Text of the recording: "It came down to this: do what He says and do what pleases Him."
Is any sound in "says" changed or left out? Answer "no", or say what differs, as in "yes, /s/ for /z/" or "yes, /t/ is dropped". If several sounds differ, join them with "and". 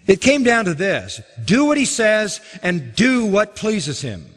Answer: no